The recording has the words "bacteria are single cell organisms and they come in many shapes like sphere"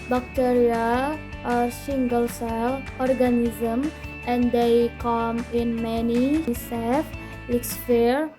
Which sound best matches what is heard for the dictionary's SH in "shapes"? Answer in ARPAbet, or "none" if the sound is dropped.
S